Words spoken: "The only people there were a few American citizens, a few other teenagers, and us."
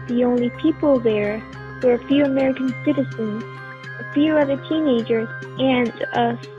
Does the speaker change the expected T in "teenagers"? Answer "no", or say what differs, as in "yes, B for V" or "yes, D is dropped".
no